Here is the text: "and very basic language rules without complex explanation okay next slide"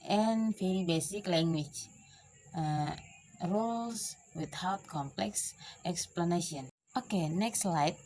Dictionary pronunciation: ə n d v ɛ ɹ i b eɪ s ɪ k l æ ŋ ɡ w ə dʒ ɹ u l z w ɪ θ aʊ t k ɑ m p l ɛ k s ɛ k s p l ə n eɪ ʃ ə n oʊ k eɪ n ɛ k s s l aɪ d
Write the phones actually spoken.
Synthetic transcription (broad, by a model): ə n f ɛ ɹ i b eɪ s ɪ k l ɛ ŋ ɡ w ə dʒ ɹ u l s w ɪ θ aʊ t k ɑ m p l ɛ k s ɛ k s p l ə n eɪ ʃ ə n oʊ k eɪ n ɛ k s s l aɪ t